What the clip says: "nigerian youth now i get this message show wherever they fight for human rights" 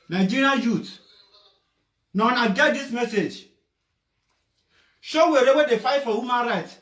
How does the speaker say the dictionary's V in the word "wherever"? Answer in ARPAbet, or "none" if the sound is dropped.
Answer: W